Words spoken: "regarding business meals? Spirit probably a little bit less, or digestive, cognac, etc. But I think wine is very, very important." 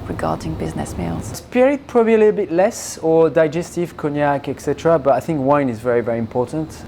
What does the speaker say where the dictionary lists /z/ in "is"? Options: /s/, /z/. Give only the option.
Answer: /z/